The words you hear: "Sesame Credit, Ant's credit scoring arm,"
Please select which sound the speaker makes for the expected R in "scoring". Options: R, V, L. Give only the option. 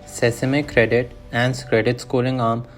L